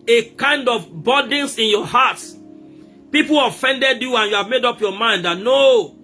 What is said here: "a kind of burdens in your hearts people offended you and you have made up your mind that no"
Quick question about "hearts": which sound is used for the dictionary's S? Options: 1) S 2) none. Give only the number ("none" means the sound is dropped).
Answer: 2